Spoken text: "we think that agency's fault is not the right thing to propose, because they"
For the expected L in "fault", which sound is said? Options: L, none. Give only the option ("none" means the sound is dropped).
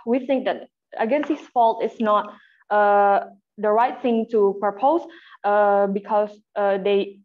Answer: L